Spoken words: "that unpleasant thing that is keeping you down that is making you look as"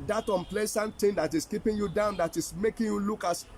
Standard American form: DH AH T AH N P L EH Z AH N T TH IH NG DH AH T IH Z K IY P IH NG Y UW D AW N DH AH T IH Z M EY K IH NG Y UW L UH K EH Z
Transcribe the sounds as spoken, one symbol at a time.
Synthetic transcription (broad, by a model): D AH T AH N P L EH S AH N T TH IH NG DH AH T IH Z K IY P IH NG Y UW D AW N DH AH T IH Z M EY K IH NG Y UW L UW K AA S